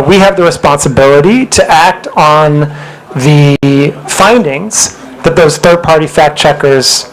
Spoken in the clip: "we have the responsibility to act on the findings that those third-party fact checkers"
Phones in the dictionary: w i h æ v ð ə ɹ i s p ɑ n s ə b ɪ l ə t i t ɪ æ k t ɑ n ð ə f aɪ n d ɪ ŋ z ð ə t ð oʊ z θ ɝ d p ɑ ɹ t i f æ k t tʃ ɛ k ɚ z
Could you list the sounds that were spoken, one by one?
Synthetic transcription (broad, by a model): w i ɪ v ð ə ɹ i s p ɑ n s ə b ɪ l ə t i t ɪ æ k t n ð ə f aɪ n d ɪ ŋ z ð ə t ð oʊ z θ ɝ d p ɑ ɹ t i f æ k tʃ ɛ k ɚ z